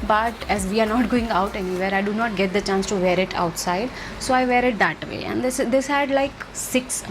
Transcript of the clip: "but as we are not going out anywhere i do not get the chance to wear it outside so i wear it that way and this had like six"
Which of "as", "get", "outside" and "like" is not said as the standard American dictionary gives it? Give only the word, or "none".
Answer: none